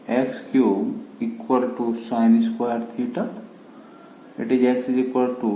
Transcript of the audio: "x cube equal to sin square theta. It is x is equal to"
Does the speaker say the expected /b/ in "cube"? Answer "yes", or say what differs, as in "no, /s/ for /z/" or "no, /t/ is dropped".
no, /b/ is dropped